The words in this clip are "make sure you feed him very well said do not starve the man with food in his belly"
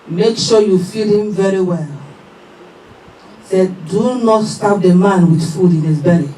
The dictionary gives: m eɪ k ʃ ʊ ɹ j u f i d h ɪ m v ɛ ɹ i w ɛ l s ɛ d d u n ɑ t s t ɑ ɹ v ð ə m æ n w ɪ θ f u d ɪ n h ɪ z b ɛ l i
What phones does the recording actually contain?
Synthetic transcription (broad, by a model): m eɪ k ʃ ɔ j u f i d h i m v ɛ ɹ i w ɛ l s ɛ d d u n ɑ t s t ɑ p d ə m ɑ n w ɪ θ f u d ɪ n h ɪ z b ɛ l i